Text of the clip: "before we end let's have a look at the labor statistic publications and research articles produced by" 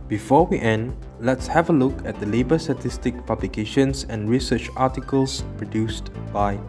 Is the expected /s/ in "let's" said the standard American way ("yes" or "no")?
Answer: yes